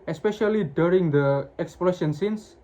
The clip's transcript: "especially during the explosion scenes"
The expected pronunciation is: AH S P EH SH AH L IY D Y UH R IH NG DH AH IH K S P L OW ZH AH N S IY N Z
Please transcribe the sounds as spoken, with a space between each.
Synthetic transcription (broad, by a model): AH S P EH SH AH L IY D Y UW R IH NG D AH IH K S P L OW SH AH N S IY N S